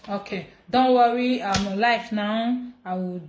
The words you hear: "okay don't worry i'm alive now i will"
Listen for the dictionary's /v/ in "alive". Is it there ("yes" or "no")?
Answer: no